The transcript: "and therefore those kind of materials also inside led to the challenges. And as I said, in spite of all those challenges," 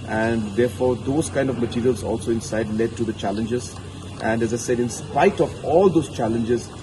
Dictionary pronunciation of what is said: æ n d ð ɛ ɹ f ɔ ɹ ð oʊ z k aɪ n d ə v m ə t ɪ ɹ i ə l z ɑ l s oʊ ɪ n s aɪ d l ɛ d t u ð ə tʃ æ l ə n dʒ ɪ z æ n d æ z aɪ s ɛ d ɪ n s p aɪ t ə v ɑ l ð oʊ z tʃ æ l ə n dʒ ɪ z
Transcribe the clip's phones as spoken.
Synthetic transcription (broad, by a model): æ n d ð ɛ ɹ f ɔ ɹ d oʊ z k aɪ n d ə v m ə t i ɹ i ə l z ɑ l s oʊ ɪ n s aɪ d l ɛ d t u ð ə tʃ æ l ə n dʒ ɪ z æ n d æ z aɪ s ɛ d ɪ n s p aɪ t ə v ɑ l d oʊ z tʃ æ l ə n dʒ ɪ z